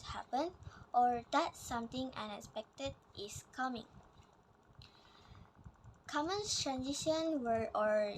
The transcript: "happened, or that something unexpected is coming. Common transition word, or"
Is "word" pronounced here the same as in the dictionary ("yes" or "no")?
no